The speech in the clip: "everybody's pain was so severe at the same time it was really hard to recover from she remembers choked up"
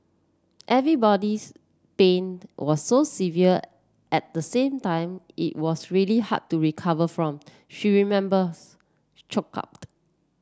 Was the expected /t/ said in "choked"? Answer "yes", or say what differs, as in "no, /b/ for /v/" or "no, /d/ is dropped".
no, /t/ is dropped